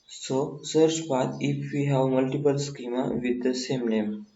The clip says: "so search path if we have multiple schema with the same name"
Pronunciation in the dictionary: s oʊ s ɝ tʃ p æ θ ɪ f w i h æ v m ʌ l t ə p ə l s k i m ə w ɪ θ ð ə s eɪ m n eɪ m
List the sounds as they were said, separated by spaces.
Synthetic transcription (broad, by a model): s oʊ s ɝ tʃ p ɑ t ɪ f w i h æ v m ʌ l t ə p ə l s k i m ə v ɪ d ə s eɪ m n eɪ m